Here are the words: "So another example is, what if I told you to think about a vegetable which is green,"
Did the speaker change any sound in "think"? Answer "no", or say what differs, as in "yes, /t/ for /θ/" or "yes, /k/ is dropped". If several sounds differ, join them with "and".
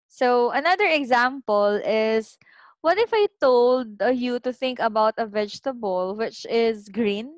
no